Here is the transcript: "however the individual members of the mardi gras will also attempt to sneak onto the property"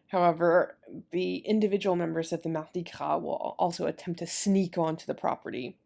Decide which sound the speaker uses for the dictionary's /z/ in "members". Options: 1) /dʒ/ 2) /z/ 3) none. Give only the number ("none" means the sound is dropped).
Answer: 2